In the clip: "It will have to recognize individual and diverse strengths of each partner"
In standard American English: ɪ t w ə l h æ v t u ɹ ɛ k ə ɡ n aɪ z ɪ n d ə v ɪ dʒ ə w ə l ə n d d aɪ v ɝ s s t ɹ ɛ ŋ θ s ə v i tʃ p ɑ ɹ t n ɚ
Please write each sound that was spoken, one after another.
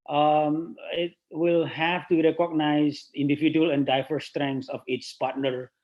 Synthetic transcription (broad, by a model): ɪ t w ə l h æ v t u ɹ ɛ k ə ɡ n aɪ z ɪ n d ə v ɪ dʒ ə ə l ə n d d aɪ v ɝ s s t ɹ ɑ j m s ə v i s p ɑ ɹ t n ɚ